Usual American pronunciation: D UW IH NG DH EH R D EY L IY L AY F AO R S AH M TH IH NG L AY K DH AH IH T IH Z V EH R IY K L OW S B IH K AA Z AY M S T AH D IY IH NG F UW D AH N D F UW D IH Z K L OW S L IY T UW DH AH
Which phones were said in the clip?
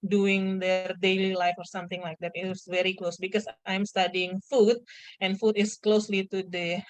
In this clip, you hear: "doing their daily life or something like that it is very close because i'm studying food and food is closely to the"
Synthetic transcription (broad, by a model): D UW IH NG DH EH R D EY L IY L AY F AO R S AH M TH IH NG L AY K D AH T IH S V EH R IY K L OW S B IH K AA S AY M S T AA D IY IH NG F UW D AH N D F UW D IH S K L OW S L IY T UW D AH